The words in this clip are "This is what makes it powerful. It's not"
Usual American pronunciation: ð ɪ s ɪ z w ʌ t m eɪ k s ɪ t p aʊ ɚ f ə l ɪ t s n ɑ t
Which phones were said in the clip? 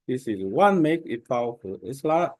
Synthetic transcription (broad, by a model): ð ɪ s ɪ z w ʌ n m eɪ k ɪ t p aʊ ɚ f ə l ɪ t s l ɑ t